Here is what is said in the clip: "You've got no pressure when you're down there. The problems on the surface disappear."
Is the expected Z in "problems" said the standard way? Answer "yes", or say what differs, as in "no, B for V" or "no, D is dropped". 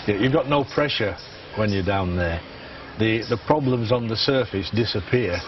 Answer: yes